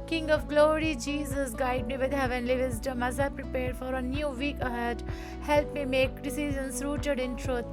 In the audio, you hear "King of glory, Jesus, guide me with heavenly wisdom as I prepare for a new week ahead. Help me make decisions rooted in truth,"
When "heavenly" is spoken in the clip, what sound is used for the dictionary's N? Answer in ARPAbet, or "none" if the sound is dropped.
N